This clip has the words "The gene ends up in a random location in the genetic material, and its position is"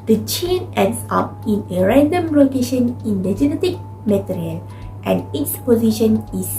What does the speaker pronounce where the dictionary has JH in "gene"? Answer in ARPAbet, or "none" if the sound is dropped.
CH